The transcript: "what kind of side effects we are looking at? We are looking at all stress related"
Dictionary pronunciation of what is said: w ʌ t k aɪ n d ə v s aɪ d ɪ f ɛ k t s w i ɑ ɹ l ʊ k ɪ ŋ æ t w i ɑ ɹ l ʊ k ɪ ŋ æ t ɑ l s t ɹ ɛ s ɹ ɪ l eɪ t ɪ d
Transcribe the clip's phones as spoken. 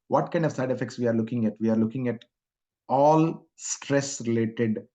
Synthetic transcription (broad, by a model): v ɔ t k aɪ n d ə v s aɪ d ɪ f ɛ k t s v i ɑ ɹ l ʊ k ɪ ŋ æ t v i ɑ ɹ l ʊ k ɪ ŋ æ t ɑ l s t ɹ ɛ s ɹ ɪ l eɪ t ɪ d